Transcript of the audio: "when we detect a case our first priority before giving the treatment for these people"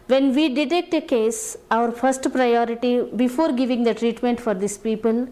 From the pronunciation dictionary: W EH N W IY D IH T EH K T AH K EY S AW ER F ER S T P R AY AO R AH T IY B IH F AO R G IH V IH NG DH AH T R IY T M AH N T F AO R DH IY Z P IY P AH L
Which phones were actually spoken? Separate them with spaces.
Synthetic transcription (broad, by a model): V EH N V IY D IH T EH K T AH K EY S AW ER F ER S T P R AY AO R AH T IY B IH F AO R G IH V IH NG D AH T R IY T M AH N T F AO R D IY S P IY P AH L